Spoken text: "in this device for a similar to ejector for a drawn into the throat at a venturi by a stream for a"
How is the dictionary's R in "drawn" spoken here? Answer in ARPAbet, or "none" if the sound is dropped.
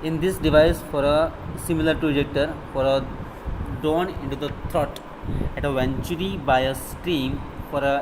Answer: none